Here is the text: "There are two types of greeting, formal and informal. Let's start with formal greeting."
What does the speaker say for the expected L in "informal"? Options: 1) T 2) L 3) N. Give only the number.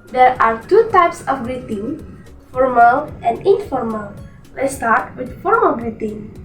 2